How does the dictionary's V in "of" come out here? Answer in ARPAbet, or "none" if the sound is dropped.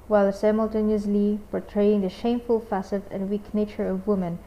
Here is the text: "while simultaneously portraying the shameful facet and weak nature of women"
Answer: V